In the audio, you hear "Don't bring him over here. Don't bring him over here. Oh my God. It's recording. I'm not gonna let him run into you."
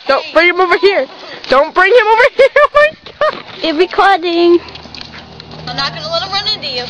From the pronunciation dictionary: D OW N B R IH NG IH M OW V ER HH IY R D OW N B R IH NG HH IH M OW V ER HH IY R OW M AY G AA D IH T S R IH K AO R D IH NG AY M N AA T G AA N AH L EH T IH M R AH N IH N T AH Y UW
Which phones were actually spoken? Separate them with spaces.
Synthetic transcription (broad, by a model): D OW N B R IH NG IH M OW V ER HH IY R D OW N B R IH NG HH IH M OW V ER HH IY R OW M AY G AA IH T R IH K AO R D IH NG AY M N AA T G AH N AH L EH T R AH N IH N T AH Y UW